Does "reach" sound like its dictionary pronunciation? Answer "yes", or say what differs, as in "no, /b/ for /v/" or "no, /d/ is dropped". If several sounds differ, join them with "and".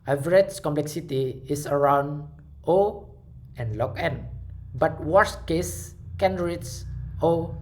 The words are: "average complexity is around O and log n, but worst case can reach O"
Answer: no, /s/ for /tʃ/